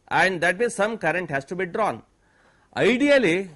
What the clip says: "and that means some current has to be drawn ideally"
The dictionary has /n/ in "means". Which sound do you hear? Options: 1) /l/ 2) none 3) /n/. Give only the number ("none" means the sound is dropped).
2